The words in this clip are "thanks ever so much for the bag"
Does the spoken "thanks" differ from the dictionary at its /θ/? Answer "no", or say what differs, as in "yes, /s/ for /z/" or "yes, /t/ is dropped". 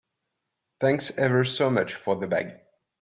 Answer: no